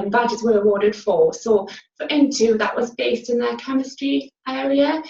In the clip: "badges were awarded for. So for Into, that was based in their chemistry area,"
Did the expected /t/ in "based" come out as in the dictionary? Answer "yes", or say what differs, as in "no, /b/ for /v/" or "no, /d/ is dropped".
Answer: yes